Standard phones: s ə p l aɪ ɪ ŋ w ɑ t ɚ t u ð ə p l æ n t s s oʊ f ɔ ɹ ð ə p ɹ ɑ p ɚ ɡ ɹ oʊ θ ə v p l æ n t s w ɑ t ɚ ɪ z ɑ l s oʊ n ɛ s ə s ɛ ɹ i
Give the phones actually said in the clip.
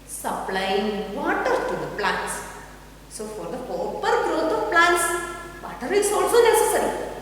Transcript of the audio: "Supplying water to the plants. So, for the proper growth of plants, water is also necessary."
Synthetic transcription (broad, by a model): s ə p l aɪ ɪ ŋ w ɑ t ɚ t u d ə p l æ n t s s oʊ f ɔ ɹ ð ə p ɑ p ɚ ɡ ɹ oʊ t ə v p l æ n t s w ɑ t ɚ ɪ s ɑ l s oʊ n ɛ s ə s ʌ ɹ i